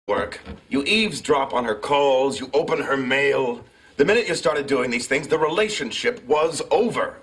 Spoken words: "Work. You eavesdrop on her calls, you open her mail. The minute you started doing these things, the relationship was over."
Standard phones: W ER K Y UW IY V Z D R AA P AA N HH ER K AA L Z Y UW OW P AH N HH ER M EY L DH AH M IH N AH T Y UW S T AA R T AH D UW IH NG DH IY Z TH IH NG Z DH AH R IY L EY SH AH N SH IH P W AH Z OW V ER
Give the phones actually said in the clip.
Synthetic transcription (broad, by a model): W ER K Y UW IY V Z D R AA P N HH ER K AA L Z Y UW OW P AH N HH ER M EY L DH AH M IH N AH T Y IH S T AA R T AH D UW IH NG DH IY Z TH IH NG Z DH AH R IY L EY SH AH N SH IH P W AH Z OW V ER